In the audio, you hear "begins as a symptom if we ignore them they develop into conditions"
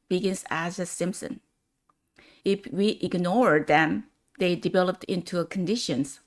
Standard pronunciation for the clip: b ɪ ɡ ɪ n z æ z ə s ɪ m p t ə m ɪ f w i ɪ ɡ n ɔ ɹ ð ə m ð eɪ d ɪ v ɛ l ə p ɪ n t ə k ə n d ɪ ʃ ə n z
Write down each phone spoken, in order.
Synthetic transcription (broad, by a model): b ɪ ɡ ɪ n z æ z ə s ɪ m p s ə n ɪ f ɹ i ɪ ɡ n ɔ ɹ ð ə m ð eɪ d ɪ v ɛ l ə p ɪ n t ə k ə n d ɪ ʃ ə n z